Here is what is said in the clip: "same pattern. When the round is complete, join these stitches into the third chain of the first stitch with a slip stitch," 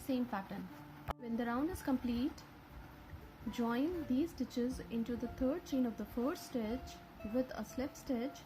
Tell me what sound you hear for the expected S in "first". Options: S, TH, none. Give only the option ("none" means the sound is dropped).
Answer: none